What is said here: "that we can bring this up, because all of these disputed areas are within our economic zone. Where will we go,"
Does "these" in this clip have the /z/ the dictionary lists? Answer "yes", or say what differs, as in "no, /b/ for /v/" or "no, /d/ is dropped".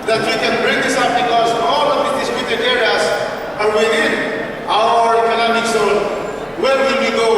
no, /z/ is dropped